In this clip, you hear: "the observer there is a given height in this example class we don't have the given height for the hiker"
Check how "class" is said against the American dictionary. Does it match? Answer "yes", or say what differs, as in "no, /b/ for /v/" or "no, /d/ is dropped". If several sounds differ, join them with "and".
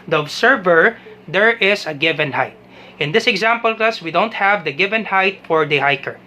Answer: no, /l/ is dropped